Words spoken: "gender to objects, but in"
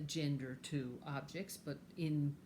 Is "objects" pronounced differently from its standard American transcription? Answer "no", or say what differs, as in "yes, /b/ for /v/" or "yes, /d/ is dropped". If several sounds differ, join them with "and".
no